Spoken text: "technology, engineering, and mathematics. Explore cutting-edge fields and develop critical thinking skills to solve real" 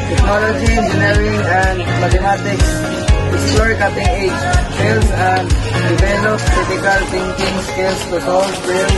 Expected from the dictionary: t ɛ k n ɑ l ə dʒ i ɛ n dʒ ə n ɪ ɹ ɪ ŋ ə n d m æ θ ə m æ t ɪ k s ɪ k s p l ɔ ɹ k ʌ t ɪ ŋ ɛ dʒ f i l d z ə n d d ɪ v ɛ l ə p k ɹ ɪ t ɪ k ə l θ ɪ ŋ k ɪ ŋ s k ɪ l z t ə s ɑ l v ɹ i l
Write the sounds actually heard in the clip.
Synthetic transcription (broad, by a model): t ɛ k n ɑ l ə dʒ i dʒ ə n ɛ ɹ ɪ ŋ ə n d m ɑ t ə m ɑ t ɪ k s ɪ s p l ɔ ɹ k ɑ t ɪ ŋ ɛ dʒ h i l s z ə n d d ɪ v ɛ l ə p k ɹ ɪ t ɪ k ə l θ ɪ ŋ k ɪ ŋ s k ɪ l s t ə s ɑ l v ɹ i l